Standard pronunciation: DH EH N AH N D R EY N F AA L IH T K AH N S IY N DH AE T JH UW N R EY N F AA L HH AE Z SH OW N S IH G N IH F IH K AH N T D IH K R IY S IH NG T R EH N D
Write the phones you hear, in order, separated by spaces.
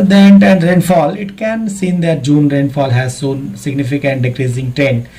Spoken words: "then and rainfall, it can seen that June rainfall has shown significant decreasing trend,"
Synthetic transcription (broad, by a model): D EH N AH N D R EY N F AA L IH T K AH N S IY N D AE T JH UW N R EY N F AA L HH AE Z S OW N S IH G N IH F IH K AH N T D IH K R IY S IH NG T R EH N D